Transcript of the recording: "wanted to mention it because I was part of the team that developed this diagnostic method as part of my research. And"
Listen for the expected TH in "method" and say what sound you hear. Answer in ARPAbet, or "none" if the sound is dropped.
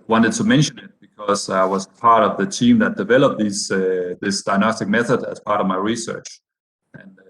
TH